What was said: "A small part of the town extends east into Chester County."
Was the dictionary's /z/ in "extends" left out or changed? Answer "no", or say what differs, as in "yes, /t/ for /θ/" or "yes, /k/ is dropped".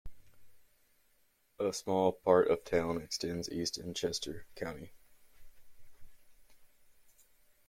no